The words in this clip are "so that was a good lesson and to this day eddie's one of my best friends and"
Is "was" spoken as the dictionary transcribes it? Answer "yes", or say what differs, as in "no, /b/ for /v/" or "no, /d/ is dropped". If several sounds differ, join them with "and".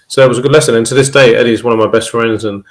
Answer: yes